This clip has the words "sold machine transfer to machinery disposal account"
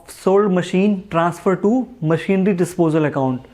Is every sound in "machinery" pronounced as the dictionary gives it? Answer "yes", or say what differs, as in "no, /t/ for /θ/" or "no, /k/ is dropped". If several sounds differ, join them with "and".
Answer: yes